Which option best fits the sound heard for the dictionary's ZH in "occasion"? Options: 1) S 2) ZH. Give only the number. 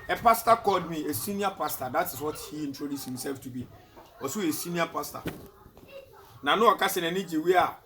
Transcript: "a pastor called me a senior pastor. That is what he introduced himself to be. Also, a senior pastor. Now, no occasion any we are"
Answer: 1